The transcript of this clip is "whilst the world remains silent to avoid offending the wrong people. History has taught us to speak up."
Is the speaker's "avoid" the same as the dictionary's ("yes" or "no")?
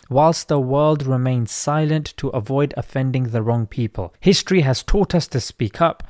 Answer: yes